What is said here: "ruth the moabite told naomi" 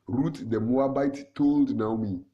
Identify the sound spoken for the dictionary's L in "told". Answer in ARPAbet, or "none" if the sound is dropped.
L